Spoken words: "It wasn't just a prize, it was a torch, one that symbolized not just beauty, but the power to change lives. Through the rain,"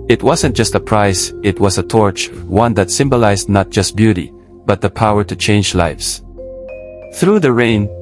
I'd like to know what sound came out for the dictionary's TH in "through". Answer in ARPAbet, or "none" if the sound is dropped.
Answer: TH